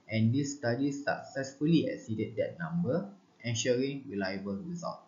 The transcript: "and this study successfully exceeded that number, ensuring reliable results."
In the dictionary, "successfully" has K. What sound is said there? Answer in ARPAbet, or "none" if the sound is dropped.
K